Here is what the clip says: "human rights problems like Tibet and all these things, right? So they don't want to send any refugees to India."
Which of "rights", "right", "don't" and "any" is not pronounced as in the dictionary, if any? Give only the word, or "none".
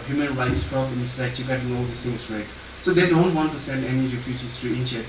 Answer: none